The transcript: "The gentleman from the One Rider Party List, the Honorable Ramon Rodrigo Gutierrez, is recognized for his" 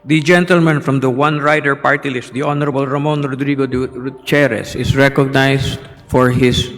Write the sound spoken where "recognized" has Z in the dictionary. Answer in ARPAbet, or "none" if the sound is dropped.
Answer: S